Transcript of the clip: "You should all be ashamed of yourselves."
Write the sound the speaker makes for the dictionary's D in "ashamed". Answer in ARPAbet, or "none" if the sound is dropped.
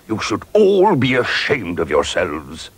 D